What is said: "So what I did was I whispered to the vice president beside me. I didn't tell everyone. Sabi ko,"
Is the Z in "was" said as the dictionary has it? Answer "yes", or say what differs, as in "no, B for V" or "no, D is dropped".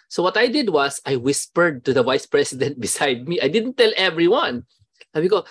no, S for Z